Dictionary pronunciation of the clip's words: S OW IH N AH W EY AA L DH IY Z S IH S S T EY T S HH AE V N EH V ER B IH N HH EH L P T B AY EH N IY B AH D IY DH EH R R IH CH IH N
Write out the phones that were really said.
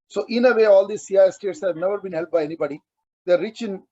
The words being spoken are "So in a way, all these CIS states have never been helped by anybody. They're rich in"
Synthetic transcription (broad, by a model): S OW IH N AH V EY AA L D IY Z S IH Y S T EY T S HH AE V N EH V ER B IH N HH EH L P B AY EH N IY B AH D IY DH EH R R IH CH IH N